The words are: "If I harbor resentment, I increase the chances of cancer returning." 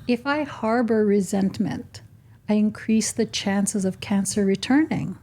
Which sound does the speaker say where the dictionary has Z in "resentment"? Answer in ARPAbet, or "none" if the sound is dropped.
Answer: Z